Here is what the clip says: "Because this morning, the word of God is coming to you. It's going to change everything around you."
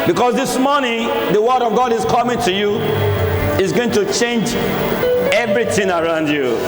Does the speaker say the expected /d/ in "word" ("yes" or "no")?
yes